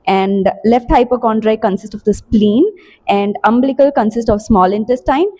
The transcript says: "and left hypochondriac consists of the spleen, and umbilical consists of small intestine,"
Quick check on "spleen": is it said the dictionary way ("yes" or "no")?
yes